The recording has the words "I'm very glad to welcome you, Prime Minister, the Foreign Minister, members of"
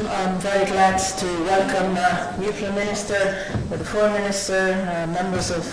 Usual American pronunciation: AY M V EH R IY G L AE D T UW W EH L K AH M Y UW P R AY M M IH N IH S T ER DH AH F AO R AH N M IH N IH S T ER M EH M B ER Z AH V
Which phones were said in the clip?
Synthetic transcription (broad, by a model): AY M V EH R IY G L AE D T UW W EH L K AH M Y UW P L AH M M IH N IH S T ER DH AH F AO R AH M IH N IH S T ER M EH M B ER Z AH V